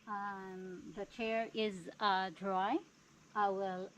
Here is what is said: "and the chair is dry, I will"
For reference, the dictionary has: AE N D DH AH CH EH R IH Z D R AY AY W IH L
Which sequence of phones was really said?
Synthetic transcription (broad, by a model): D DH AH CH EH R IH Z D R AY AY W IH L